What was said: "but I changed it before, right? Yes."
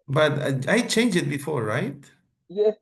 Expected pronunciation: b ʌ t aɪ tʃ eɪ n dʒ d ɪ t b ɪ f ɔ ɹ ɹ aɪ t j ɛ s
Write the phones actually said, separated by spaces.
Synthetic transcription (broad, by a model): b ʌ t aɪ tʃ eɪ n dʒ ɪ t b ɪ f ɔ ɹ ɹ aɪ t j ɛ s